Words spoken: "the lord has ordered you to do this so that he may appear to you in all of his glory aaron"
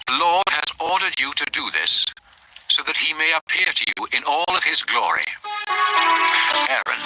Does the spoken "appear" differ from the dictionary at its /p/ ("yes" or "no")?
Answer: no